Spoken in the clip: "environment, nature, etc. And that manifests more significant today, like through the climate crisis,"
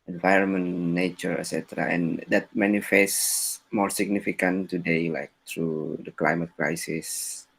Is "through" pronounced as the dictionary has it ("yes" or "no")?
no